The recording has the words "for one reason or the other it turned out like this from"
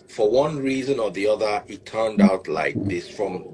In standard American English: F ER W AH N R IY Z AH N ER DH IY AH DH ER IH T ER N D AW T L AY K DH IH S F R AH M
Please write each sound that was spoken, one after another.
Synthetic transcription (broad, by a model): F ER W AH N R IY Z AH N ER DH IY AH DH ER IH T ER N D AW T L AY K DH IH S F R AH M